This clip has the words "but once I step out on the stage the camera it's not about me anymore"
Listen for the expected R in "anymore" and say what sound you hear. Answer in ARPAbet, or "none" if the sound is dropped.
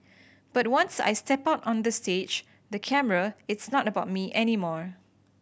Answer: R